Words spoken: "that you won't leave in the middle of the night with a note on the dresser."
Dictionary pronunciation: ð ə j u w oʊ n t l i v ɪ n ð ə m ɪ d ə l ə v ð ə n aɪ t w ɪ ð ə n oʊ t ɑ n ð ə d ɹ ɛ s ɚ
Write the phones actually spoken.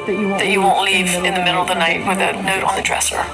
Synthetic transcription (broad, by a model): ð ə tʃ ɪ w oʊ n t l i v ɪ n ð ə m ɪ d l ə v ð ə n aɪ t w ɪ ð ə n oʊ t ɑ ð ə d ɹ ɛ s ɚ